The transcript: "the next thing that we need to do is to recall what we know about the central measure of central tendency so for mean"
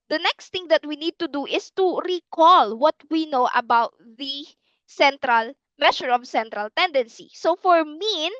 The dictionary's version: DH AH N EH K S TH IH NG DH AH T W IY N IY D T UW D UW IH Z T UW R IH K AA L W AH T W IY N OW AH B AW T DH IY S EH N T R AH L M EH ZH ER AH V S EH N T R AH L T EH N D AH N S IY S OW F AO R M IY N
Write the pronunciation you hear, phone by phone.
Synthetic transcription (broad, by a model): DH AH N EH K S T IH NG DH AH T W IY N IY D T UW D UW IH S T UW R IH K AA L W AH T W IY N OW AH B AW T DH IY S EH N T R AH L M EH SH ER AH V S EH N T R AH L T EH N D AH N S IY S OW F AO R M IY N